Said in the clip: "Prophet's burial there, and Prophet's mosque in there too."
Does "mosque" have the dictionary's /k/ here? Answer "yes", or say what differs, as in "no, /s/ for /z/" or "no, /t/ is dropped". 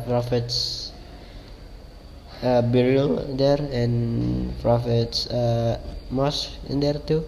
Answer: no, /k/ is dropped